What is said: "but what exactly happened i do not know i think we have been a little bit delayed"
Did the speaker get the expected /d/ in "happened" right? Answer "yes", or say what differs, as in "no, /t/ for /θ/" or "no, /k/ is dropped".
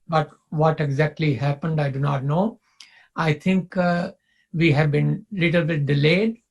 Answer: yes